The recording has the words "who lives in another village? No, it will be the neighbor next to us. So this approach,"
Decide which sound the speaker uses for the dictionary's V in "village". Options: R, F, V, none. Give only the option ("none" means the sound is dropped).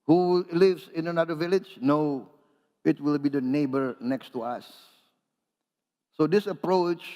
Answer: V